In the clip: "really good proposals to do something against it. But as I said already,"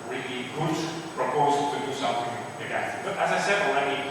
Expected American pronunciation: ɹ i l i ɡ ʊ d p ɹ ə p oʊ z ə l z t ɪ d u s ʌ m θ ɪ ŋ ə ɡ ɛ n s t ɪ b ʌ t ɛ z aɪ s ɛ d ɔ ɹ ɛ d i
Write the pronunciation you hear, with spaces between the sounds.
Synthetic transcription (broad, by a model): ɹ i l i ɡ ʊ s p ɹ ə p oʊ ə z t ɪ d u s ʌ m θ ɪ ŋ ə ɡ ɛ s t ɪ b ʌ t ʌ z aɪ s ɛ d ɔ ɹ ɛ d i